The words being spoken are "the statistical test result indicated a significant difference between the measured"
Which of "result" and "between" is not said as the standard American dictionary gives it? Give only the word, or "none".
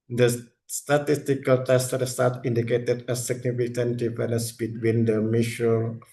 result